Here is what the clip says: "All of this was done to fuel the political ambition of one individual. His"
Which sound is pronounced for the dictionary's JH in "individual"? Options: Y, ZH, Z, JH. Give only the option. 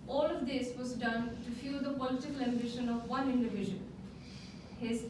ZH